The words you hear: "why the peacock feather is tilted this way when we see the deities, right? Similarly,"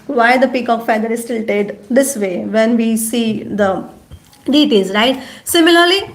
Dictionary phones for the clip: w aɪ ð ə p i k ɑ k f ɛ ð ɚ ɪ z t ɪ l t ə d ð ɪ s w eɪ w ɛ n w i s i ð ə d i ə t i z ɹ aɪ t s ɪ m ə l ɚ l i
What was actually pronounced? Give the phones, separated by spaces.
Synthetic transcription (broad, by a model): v aɪ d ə p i k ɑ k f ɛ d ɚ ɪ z t ɪ l t ə d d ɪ s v eɪ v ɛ n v i s i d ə d i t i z ɹ aɪ t s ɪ m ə l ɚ l i